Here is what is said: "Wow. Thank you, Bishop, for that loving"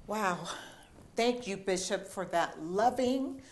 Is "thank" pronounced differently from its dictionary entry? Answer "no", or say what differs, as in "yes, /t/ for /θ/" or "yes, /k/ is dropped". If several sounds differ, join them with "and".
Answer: no